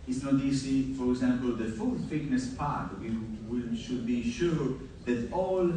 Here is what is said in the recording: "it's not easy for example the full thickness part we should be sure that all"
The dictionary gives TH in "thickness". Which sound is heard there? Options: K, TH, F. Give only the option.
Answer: F